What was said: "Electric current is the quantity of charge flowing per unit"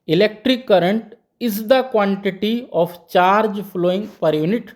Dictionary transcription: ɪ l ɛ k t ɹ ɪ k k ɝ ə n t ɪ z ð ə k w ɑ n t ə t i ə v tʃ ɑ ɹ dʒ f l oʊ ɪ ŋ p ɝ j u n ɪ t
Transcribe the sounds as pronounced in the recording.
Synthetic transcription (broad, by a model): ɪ l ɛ k t ɹ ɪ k k ɝ ə n t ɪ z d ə k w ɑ n t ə t i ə p tʃ ɑ ɹ dʒ p l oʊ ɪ ŋ p ɝ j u n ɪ t